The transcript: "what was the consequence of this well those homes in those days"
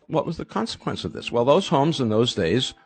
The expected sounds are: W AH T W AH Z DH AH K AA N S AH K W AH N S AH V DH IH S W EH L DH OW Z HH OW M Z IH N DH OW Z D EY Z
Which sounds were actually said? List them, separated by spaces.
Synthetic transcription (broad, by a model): W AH T W AH Z DH AH K AA N S AH K W AH N S AH V DH IH S W EH L DH OW Z HH OW M Z IH N DH OW Z D EY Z